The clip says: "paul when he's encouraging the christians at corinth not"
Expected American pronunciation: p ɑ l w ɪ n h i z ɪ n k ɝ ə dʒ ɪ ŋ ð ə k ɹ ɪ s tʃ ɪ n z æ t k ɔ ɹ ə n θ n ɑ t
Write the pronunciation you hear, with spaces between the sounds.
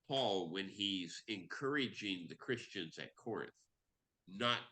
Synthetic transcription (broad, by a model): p ɑ l w ɪ n i z ɪ n k ɝ ə dʒ ɪ ŋ ð ə k ɹ ɪ s tʃ ɪ n z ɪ t k ɔ ɹ ə n θ n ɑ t